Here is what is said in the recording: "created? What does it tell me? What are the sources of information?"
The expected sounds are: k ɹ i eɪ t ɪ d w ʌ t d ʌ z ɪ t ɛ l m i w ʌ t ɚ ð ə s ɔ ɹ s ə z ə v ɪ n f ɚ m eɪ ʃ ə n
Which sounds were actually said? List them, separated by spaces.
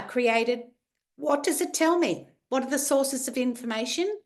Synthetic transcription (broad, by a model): k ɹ i eɪ t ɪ d w ʌ t d ʌ z ɪ t ɛ l m i w ʌ t ɚ ð ə s ɔ ɹ s ə z ə v ɪ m f ɚ m eɪ ʃ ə n